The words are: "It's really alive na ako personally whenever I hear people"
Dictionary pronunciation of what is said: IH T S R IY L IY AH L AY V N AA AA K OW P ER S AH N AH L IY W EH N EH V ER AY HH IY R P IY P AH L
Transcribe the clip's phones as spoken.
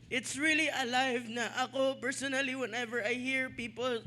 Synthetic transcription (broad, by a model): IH T S R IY L IY AH L AY V N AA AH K OW P ER S AH N AH L IY W EH N EH V ER AY HH IY R P IY P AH L